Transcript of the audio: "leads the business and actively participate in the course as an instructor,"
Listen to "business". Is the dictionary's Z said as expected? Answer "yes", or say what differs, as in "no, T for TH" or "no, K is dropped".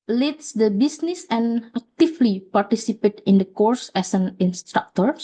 no, S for Z